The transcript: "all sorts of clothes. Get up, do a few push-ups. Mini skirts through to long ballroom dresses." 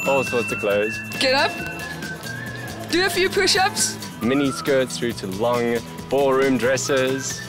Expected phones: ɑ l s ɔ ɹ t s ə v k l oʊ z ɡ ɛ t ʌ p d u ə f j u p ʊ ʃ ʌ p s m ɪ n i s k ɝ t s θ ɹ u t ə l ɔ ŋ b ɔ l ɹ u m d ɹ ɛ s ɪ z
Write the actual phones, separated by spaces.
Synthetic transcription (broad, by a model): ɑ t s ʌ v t ə k l oʊ z ɡ ɛ t ʌ p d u ə f j u p ʊ ʃ ʌ p s m ɪ n i s k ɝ t θ ɹ u t ə l ɔ ŋ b ɔ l ɹ u m d ɹ ɛ s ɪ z